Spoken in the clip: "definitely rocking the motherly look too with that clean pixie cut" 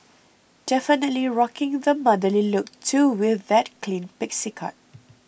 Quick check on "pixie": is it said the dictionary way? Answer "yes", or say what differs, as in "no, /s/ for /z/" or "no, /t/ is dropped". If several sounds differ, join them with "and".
yes